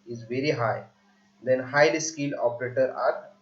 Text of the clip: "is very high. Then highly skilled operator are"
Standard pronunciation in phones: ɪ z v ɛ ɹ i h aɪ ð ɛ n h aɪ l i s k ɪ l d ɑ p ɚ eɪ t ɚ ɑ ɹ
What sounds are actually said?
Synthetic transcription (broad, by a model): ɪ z v ɛ ɹ i h aɪ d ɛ n h aɪ l i s k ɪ l ɑ p ɚ eɪ t ɚ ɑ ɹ